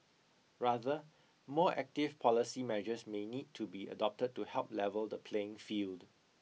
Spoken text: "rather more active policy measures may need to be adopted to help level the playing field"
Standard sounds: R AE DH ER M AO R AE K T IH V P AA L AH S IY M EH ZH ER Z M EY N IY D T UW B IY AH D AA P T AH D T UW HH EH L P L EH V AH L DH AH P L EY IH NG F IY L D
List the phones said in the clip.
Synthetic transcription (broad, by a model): R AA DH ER M AO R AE K T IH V P AA L AH S IY M EH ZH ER S M EY N IY D T UW B IY AH D AA P T AH D T UW HH EH L P L EH V AH L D AH P L EY IH NG F IY L D